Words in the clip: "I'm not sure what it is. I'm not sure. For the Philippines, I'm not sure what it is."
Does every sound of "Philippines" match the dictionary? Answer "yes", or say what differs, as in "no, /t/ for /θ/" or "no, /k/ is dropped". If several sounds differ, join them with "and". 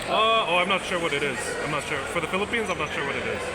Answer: yes